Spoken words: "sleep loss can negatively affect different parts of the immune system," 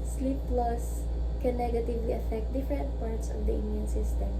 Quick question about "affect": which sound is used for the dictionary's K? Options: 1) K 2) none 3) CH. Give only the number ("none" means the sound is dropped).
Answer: 1